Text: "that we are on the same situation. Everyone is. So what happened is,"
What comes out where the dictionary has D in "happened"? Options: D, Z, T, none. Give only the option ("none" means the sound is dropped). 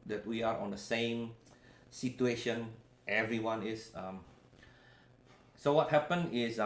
none